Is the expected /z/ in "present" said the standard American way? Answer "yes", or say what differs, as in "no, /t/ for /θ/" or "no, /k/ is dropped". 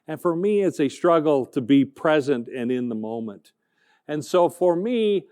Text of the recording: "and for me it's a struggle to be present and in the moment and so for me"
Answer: yes